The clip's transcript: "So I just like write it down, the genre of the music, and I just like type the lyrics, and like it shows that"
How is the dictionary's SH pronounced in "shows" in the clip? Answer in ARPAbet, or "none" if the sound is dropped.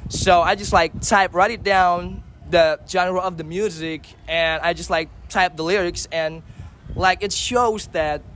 SH